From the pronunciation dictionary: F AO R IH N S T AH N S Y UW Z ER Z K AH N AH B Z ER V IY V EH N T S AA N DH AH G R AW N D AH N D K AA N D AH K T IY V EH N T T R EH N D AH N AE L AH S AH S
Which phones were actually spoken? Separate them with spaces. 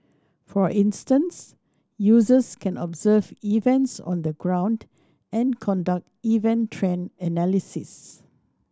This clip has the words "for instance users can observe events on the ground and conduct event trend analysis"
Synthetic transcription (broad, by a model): F AO R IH N S T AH N S Y UW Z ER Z K AH N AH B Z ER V IY V EH N T S AA N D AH G R AW N D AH N K AA N D AH K T IY V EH N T T R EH N AH N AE L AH S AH S